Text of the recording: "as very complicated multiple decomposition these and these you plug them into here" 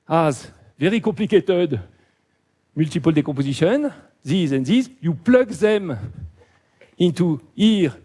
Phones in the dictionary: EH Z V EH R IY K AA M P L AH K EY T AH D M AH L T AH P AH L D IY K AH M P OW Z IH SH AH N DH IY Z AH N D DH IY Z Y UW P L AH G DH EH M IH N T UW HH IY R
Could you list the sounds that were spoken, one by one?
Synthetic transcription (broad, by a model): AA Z V EH R IY K AA P L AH K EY T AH D M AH L T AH P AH L D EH K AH P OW Z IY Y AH N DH IY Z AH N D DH IY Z Y UW P L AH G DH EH M IH N T UW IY R